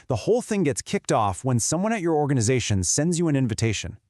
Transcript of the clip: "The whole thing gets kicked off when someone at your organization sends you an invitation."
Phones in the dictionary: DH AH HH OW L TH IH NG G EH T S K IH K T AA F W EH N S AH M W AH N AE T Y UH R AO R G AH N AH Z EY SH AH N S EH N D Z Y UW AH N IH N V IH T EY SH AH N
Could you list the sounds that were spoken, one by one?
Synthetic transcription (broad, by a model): DH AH HH OW L TH IH NG G EH T S K IH K T AA F W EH N S AH M W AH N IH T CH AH R AO R G AH N AH Z EY SH AH N S EH N D Z Y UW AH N IH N V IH T EY SH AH N